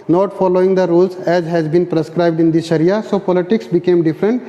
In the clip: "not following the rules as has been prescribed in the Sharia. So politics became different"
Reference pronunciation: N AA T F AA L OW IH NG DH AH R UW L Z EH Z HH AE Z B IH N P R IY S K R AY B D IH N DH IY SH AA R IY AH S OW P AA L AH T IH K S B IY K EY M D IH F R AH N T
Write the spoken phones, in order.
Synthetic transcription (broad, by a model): N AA T F AA L OW IH NG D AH R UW L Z EH Z HH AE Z B IH N P R IY S K R AY B D IH N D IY S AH R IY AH S OW P AA L AH T IH K S B IY K EY M D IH F R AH N T